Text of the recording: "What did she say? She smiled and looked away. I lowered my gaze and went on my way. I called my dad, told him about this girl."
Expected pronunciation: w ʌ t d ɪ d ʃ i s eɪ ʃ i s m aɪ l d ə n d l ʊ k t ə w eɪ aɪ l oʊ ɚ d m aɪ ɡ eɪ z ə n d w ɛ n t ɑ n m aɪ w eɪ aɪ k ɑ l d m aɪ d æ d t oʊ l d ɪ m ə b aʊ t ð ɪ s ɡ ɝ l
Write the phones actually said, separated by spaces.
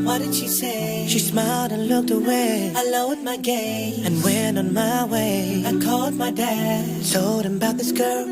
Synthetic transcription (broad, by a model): w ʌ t d ɪ d ʃ i s eɪ ʃ i s m aɪ l d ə n l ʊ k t ə w eɪ aɪ l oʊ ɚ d m aɪ ɡ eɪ ə n w ɛ n t n m aɪ w eɪ aɪ k ɑ l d m aɪ d æ d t oʊ l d ɪ m b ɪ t ð ɪ s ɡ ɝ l